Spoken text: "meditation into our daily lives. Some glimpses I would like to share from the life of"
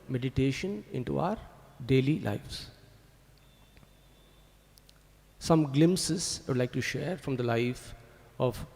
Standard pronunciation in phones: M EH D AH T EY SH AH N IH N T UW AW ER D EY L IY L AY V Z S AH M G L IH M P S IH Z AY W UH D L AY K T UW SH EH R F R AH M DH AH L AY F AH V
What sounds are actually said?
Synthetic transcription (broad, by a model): M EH D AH T EY SH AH N IH N T UW AW ER D EY L IY L AY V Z S AH M G L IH M S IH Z AY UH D L AY K T UW SH EH R F R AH M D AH L AY F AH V